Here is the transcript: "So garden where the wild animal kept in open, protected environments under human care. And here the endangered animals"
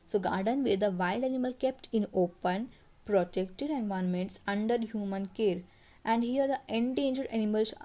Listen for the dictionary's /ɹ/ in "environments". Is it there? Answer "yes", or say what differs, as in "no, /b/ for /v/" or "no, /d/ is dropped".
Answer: no, /ɹ/ is dropped